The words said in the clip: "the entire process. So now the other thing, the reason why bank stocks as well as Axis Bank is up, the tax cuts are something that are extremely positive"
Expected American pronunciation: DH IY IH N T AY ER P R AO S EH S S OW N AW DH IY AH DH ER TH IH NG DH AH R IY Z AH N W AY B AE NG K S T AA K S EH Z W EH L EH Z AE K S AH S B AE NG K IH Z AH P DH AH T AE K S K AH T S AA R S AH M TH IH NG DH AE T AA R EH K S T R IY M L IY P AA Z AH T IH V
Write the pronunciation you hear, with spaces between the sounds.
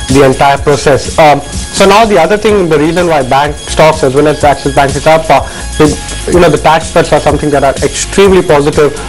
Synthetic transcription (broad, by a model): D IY IH N T AY ER P R AO S EH S S OW N AW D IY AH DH ER T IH NG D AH R IY Z AH N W AY B AE NG K S T AA K S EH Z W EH N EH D AE K S AH S B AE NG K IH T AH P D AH T AE K S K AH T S AA R S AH M T IH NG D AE T AA R EH K S T R IY M L IY P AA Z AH T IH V